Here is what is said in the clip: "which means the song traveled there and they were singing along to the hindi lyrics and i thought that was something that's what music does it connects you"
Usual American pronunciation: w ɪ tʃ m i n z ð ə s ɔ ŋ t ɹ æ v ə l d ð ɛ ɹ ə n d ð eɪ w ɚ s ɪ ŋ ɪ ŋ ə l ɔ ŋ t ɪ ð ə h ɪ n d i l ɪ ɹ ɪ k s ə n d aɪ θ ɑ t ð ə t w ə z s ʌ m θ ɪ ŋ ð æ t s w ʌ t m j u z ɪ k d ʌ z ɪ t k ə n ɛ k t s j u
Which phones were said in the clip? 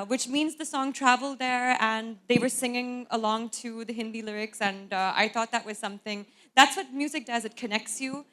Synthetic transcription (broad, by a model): w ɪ tʃ m i n z ð ə s ɔ ŋ t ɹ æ v l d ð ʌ ɹ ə n ð eɪ w ɚ s ɪ ŋ ɪ ŋ ə l ɔ ŋ t ɪ ð ə h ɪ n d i l ɪ ɹ ɪ k s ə n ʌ aɪ θ ɑ t ð ə t w ə z s ʌ m θ ɪ ŋ ð æ t s w ʌ t m j u z ɪ k d ʌ z ɪ t k ə n ɛ k t s j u